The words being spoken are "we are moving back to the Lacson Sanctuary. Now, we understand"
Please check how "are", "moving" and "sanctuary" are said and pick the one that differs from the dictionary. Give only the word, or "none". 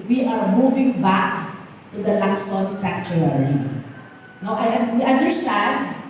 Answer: sanctuary